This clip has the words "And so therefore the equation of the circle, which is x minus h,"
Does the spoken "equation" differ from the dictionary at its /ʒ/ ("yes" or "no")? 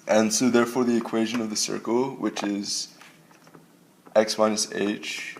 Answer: no